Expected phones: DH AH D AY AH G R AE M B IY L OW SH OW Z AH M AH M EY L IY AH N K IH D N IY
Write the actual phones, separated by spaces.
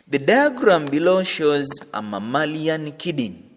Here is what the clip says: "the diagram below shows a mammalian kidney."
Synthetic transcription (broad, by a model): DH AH D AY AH G R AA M B IY L OW SH OW Z AH M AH M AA L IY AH N K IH D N